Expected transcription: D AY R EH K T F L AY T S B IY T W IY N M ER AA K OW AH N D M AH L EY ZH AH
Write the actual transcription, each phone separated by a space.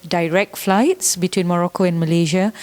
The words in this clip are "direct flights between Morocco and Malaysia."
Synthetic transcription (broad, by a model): D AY R EH K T F L AY T S B IY T W IY N M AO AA K OW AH N M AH L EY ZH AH